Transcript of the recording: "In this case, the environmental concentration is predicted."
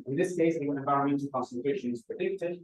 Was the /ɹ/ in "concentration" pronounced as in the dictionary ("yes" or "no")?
no